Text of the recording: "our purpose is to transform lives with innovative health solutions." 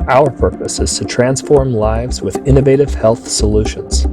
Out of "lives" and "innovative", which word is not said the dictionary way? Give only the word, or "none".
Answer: none